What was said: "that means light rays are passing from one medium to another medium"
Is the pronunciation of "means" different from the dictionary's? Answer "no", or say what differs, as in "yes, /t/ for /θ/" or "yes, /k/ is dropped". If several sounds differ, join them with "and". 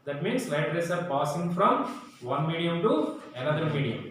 yes, /s/ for /z/